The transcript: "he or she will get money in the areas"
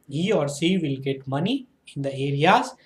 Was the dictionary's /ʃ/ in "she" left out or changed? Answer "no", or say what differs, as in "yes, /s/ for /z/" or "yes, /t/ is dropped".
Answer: yes, /s/ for /ʃ/